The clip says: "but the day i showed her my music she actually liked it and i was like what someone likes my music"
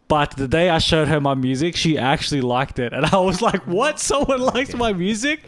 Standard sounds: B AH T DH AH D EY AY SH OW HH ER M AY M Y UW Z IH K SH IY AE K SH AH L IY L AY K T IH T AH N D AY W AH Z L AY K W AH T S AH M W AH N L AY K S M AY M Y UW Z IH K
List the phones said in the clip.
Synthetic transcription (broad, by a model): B AH T DH AH D EY AY SH OW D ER M AY M Y UW Z IH K SH IY AE K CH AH L IY L AY K T IH T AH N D AY W AH Z L AY K W AH T S AH M W AH N L AY K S M AY M Y UW Z IH K